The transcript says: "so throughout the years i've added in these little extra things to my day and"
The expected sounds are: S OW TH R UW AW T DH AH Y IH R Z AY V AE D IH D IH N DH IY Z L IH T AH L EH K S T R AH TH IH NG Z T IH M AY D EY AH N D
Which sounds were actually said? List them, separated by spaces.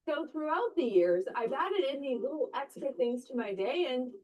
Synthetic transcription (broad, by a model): OW TH R UW AW T DH AH Y IH R Z AY V AE D IH D IH N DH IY L IH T L EH K S T R AH TH IH NG Z T IH M AY D EY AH N